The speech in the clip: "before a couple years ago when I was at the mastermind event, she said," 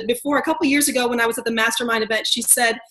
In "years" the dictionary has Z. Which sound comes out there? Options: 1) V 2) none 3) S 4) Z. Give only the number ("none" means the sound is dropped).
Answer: 4